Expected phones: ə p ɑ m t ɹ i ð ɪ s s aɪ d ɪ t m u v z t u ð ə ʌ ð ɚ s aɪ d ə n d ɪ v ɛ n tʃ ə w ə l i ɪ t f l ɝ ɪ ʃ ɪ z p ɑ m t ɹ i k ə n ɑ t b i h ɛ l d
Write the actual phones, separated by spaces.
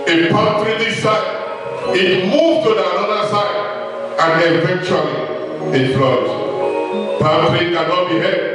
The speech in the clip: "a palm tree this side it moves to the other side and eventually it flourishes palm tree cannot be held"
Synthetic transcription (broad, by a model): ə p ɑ t ɹ i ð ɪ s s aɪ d ɪ t m u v t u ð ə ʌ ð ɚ s aɪ d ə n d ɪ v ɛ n tʃ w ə l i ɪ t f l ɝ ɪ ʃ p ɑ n t ɹ i k ə n ɑ t b i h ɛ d